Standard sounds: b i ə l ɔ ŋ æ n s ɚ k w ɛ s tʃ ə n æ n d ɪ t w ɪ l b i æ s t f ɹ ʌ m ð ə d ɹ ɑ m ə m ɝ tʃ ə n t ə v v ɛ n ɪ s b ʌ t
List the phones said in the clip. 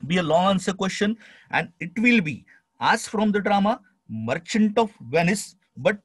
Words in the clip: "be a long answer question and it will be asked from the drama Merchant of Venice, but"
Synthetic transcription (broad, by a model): b i ə l ɔ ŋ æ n s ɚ k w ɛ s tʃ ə n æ n d ɪ t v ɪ l b i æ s f ɹ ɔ m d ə d ɹ ɑ m ə m ɝ tʃ ə n t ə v v ɛ n ɪ s b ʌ t